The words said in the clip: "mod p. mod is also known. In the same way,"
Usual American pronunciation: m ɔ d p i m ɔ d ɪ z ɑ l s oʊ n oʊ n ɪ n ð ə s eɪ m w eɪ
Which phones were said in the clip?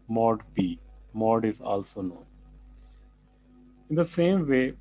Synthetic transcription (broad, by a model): m ɔ d b i m ɔ d ɪ z ɑ l s oʊ n oʊ n ɪ n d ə s eɪ m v eɪ